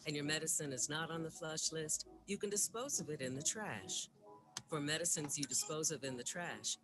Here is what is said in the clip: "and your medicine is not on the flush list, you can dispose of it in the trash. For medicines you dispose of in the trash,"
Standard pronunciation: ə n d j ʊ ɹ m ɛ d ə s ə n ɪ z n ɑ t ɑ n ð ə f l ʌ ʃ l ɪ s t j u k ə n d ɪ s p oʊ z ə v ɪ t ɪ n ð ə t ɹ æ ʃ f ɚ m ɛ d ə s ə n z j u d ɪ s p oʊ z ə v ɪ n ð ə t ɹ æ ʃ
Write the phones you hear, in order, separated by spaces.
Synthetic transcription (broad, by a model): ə n j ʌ ɹ m ɛ d ə s ə n ɪ z n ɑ t n ð ə f l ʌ ʃ l ɪ s t j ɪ k ə n d ɪ s p oʊ z ə v ɪ t ɪ n ð ə t ɹ æ ʃ f ɚ m ɛ d ə s ə n z j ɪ d ɪ s p oʊ z ə v ɪ n ð ə t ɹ æ ʃ